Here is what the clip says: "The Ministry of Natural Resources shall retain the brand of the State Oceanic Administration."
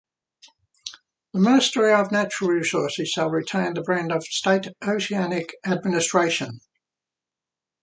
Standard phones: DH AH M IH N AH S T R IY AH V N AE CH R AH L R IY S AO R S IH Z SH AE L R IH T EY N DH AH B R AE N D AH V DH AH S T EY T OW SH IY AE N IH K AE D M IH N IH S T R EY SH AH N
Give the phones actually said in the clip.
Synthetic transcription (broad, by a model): DH AH M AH S T R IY AH V N AE CH R AH L R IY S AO S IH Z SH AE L R IH T EY N DH AH B R AE N D AH V S T EY T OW S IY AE N IH K AE D M IH N IH S T R EY SH AH N